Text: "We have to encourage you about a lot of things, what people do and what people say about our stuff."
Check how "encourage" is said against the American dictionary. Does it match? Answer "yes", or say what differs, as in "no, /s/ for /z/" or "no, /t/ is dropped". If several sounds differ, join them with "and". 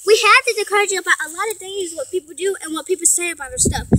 no, /n/ is dropped